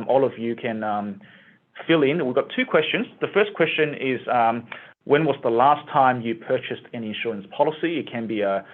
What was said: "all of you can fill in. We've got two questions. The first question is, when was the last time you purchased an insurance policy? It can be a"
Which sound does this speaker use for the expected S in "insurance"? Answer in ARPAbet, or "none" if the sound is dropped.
S